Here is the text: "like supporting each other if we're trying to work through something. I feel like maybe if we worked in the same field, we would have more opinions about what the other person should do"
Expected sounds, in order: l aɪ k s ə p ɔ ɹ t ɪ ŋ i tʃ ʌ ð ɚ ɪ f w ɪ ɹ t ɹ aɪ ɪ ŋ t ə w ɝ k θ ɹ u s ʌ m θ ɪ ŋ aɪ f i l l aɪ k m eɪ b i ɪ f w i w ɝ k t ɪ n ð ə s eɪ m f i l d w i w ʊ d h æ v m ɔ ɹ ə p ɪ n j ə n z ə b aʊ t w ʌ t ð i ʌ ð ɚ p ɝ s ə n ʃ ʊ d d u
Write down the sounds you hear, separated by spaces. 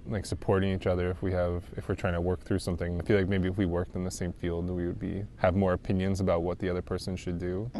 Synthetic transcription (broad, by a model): l aɪ k s ə p ɔ ɹ t ɪ ŋ i tʃ ʌ ð ɚ ɪ f w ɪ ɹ t ɹ aɪ ɪ ŋ t ə w ɝ k θ ɹ u s ʌ m θ ɪ ŋ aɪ f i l l aɪ k m eɪ b i ɪ f w i w ɝ k t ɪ n ð ə s eɪ m f i l d w i w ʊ d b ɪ v m ɔ ɹ ə p ɪ n j ə n z ə b aʊ t w ʌ t ð i ʌ ð ɚ p ɝ s ə n ʃ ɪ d d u